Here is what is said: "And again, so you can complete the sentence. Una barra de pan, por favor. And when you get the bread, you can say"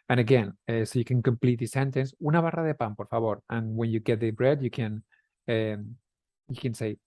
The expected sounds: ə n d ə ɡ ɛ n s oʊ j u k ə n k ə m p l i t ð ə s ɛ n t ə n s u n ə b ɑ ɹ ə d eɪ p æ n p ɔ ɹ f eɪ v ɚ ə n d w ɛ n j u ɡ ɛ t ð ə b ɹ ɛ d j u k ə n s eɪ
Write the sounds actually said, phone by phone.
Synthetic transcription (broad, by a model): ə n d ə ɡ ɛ n s oʊ j u k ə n k ə m p l i t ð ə s ɛ n t ə n s u n ə b ɑ ɹ ə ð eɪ p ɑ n p ɔ ɹ f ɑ b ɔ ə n w ɛ n j u ɡ ɛ t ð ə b ɹ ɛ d j u k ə n s eɪ